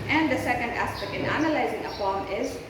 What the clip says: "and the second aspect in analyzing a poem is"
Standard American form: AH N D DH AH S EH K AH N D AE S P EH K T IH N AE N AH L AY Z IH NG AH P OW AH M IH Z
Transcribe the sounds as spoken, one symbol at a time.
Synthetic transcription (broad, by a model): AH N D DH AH S EH K AH N D AE S P EH K T IH N AE N AH L AY Z IH NG AH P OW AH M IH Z